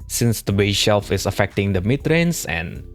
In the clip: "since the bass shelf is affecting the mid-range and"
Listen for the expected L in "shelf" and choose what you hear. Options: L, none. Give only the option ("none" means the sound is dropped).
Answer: L